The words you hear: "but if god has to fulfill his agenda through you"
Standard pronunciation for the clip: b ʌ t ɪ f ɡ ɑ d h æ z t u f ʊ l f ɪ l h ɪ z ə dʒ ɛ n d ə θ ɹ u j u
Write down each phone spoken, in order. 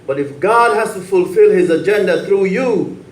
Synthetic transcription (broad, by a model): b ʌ t ɪ f ɡ ɑ d h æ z t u f ʊ l f ɪ l h ɪ z ə dʒ ɛ n d ə θ ɹ u j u